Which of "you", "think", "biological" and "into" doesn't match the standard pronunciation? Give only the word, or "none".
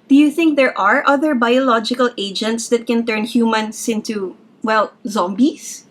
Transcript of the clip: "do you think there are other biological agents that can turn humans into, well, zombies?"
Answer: none